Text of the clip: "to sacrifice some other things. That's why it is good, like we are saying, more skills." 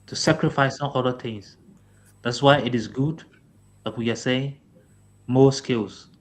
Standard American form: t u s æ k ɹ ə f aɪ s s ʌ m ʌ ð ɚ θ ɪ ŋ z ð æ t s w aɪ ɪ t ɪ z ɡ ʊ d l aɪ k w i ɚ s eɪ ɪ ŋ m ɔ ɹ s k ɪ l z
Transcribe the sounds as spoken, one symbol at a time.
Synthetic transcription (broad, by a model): t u s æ k ɹ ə f aɪ s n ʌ ʌ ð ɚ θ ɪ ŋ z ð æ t s w aɪ ɪ t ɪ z ɡ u d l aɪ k w i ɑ s eɪ ɪ ŋ m ɔ s k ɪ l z